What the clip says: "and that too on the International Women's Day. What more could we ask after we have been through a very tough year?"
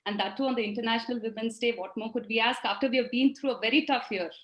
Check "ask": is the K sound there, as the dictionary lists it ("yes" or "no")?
yes